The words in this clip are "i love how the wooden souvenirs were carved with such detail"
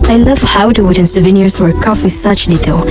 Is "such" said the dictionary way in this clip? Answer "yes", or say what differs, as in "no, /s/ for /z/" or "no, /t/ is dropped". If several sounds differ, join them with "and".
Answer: yes